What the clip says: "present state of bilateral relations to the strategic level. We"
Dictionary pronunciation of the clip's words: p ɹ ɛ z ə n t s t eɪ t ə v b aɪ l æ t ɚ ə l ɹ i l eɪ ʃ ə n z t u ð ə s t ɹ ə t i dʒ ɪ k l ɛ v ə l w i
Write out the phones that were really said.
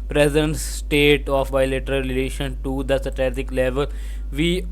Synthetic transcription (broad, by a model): p ɹ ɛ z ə n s s t eɪ t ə f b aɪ l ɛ t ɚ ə l ɹ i l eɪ ʃ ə n t u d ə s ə t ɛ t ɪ k l ɛ v ə l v i